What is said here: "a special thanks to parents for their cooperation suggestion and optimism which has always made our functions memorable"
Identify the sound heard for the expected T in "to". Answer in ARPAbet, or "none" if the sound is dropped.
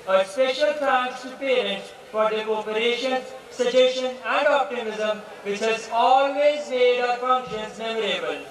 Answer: S